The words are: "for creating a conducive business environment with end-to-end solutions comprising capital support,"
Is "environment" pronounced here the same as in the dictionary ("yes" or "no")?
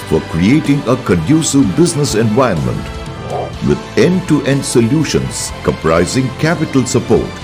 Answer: no